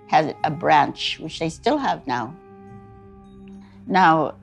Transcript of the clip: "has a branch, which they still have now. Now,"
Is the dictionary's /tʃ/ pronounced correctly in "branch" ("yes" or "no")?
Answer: yes